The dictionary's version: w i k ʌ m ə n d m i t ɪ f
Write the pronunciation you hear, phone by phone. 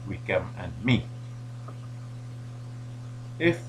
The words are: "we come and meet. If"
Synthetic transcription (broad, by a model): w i k ʌ m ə n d m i ɪ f